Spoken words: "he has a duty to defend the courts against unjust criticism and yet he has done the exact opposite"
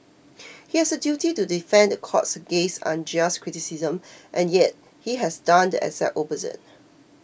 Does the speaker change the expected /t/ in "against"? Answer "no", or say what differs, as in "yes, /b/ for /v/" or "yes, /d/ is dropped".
yes, /t/ is dropped